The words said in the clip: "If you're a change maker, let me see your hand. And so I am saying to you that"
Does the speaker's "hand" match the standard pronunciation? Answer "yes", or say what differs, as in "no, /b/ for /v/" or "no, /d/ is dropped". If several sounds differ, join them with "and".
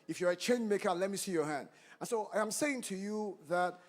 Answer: yes